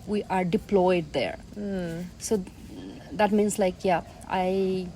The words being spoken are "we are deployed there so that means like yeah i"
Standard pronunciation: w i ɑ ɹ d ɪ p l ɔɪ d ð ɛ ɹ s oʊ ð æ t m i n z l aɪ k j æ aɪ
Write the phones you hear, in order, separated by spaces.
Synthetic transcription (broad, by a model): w i ɑ ɹ d ɪ p l ɔɪ d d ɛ ɹ s oʊ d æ t m i n s l aɪ k j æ aɪ